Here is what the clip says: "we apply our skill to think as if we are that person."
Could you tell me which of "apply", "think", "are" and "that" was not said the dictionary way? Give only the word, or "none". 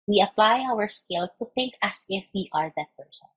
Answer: none